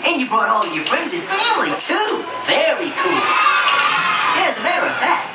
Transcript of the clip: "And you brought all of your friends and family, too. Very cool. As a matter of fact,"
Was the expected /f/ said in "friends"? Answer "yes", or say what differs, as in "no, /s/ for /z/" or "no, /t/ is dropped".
no, /p/ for /f/